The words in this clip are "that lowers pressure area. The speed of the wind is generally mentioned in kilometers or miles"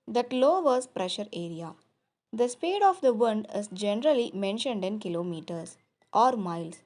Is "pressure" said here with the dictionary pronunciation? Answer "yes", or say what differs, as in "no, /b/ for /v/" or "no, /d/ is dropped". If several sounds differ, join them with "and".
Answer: yes